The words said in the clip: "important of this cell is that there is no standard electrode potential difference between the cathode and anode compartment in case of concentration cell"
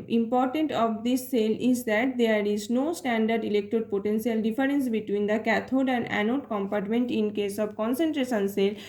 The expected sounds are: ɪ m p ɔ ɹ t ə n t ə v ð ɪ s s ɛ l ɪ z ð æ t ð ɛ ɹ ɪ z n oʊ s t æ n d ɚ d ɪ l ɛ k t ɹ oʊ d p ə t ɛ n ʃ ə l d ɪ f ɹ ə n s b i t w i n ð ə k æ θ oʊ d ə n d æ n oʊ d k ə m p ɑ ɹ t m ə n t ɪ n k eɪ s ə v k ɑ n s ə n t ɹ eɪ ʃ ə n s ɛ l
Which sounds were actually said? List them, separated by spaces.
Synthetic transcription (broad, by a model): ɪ m p ɔ ɹ t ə n t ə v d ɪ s s ɛ l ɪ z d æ t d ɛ ɹ ɪ z n oʊ s t æ n d ɚ d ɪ l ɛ k t oʊ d p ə t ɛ n s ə l d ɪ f ɹ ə n s b i t w i n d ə k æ t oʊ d ə n d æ n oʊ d k ə m p ɑ ɹ t m ə n t ɪ n k eɪ s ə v k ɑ n s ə n t ɹ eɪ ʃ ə n s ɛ l